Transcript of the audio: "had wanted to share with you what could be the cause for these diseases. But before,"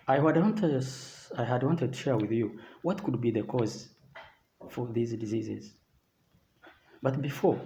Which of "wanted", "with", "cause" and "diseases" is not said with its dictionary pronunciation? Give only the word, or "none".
none